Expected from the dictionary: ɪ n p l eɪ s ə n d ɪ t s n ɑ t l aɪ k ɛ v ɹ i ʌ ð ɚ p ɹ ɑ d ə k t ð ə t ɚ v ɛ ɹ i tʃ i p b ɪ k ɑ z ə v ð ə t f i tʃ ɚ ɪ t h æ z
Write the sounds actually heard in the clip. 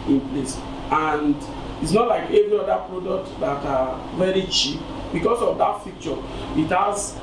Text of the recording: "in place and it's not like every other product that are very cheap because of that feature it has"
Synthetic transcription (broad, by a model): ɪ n p l eɪ s ə n d ɪ t s n ɑ t l aɪ k ɛ v ɹ i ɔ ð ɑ p ɹ ɑ d ə k t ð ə t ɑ v ɛ ɹ i tʃ i p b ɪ k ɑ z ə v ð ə t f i tʃ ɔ ɪ t h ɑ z